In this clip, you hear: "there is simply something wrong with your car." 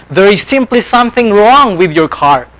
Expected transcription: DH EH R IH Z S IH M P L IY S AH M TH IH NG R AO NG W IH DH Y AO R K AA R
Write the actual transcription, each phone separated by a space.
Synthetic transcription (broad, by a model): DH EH R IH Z S IH M P L IY S AH M TH IH NG R AO NG W IH DH Y AO R K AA R